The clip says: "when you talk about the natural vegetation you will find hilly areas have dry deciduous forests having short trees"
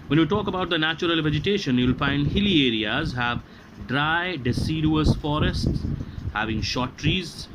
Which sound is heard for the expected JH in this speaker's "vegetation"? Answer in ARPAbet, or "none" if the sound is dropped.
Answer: JH